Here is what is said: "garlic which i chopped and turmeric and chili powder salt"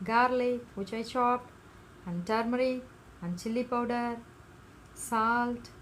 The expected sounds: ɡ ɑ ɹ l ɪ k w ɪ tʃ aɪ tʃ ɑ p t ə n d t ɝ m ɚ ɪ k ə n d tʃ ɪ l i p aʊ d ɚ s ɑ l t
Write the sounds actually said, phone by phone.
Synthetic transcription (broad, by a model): ɡ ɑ ɹ l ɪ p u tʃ aɪ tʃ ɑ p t ə n d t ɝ m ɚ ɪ ə n d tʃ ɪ l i p aʊ d ɚ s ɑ l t